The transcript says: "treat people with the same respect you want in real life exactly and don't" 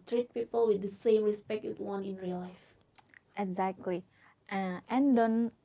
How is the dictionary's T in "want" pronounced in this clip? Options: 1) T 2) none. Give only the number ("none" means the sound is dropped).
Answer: 2